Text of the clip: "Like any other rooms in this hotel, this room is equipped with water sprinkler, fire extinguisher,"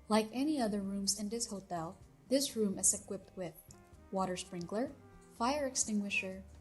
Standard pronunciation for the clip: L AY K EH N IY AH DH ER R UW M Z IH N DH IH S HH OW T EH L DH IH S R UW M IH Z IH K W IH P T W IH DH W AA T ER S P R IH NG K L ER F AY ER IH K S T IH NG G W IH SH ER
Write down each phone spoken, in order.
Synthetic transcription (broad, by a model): L AY K EH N IY AH DH ER R UW M Z IH N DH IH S HH OW T EH L DH IH S R UW M IH Z IH K W IH P T W IH DH W AA T ER S P R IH NG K L ER F AY ER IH K S T IH NG G W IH SH ER